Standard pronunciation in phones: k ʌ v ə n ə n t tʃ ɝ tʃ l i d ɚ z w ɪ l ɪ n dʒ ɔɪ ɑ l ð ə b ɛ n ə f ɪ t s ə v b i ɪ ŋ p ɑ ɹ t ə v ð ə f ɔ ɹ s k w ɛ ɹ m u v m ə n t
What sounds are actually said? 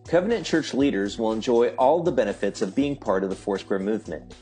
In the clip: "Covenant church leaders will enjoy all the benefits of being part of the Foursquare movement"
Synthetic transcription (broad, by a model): k ʌ v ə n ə n tʃ ɝ tʃ l i d ɚ z w ɪ l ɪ n dʒ ɔɪ ɑ l ð ə b ɛ n ə f ɪ t s ə v b i ɪ ŋ p ɑ ɹ t ə v ð ə f ɔ ɹ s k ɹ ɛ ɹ m u v m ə n t